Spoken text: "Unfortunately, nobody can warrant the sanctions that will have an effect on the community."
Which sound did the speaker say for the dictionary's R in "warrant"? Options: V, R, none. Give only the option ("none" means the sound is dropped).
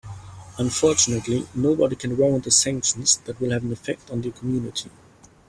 none